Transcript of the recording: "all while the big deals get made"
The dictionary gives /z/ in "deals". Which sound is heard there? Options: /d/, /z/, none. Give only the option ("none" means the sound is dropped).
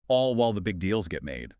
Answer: /z/